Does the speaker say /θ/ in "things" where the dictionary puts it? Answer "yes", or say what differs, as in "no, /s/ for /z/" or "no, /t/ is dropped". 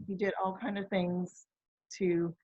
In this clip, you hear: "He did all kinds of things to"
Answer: yes